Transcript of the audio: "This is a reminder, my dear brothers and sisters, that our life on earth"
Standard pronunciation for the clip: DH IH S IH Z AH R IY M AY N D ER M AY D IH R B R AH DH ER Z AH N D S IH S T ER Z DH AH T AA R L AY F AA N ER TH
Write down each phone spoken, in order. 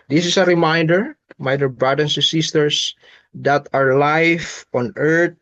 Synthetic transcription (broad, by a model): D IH S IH S AH R IY M AY N D ER M AY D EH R B R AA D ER S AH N S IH S T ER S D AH T AA R L AY F AA N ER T